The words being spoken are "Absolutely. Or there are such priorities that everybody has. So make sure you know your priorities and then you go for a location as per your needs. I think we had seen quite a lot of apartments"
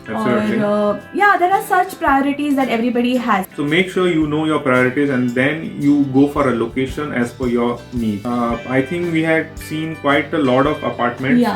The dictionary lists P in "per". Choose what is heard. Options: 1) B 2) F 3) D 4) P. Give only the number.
2